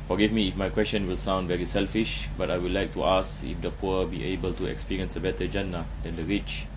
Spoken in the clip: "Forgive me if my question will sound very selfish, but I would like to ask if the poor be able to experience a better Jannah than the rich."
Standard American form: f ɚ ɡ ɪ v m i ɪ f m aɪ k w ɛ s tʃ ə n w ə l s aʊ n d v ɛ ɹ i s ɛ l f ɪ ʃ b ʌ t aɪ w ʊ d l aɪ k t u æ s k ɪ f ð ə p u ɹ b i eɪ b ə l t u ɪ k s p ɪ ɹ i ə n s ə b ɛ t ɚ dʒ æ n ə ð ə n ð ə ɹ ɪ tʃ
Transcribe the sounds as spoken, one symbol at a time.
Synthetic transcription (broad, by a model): f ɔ ɡ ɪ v m i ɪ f m aɪ k w ɛ s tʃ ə n w ə l s aʊ n d v ɛ ɹ i s ɛ l f ɪ ʃ b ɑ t aɪ w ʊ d l aɪ k t u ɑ s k ɪ f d ə p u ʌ b i eɪ b ə l t u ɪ k s p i ɹ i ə n s ə b ɛ t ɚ dʒ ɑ n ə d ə n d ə ɹ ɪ tʃ